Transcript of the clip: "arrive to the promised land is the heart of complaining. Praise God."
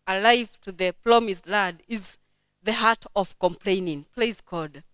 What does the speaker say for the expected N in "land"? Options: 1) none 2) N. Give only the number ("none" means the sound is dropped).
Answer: 1